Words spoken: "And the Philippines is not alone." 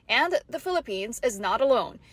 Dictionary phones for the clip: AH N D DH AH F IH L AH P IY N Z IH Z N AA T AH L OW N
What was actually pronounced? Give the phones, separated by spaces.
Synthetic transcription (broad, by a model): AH N DH AH F IH L AH P IY N Z IH Z N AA T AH L OW N